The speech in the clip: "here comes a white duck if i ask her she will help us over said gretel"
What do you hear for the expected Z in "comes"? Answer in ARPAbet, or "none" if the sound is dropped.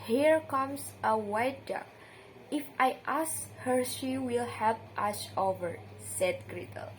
S